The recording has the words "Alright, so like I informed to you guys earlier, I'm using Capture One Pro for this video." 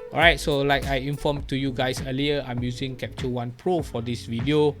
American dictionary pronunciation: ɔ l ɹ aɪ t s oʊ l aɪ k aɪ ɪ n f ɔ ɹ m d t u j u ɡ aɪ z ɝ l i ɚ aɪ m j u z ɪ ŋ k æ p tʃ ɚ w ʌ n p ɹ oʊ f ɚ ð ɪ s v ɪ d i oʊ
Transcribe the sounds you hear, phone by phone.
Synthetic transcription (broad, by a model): ɔ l ɹ aɪ t s oʊ l aɪ k aɪ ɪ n f ɔ m t u j u ɡ aɪ s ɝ l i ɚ aɪ m j u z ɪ ŋ k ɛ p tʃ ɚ w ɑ n p ɹ oʊ f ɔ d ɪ s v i d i oʊ